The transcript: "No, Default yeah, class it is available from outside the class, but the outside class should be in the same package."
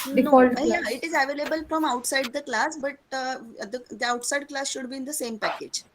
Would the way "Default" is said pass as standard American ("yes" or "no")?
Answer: no